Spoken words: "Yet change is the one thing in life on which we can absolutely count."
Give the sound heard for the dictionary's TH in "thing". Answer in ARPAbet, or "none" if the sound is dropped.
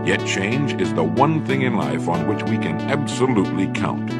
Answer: TH